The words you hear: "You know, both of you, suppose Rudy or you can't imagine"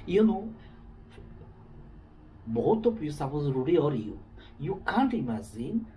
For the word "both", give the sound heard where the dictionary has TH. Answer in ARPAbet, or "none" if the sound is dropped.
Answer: T